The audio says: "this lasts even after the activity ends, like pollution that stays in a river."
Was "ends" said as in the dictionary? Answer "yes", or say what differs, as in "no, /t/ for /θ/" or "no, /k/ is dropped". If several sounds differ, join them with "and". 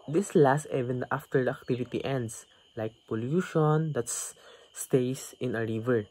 no, /s/ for /z/